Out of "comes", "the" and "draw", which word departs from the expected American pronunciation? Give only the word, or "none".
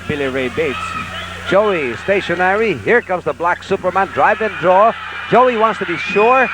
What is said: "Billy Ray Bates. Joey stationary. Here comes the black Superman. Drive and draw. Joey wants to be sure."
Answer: none